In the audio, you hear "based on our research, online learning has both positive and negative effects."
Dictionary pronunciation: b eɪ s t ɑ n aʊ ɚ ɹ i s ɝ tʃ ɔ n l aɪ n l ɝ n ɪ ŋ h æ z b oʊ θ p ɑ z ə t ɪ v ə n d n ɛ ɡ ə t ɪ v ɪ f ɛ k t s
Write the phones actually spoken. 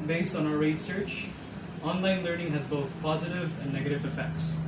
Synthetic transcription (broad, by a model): b eɪ s t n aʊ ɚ ɹ i s ɝ tʃ ɔ n l aɪ n l ɝ n ɪ ŋ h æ z b oʊ θ p ɑ z ə t ɪ v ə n n ɛ ɡ ə t ɪ v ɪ f ɛ k t s